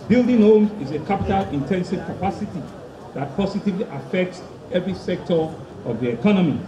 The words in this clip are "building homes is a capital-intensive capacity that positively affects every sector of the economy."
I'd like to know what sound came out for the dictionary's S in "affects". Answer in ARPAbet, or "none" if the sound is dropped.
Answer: S